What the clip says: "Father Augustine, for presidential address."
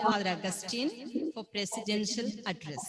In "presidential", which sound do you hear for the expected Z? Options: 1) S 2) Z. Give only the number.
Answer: 1